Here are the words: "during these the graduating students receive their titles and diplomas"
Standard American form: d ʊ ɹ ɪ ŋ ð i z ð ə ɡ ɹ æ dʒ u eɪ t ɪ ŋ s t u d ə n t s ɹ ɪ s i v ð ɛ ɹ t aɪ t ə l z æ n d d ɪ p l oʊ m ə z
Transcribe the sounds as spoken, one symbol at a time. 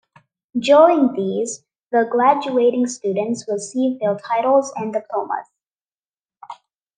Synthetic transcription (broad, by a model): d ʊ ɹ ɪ ŋ ð i z ð ə ɡ ɹ æ dʒ u eɪ t ɪ ŋ s t u d ə n t s w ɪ s i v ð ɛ l t aɪ t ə l z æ n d d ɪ p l oʊ m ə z